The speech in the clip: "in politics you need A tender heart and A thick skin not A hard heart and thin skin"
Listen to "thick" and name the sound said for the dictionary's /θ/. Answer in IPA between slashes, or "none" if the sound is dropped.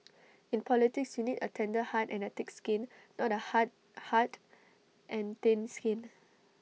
/t/